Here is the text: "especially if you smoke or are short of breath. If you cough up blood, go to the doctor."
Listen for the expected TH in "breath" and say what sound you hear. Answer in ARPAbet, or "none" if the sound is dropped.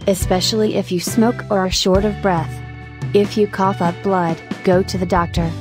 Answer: TH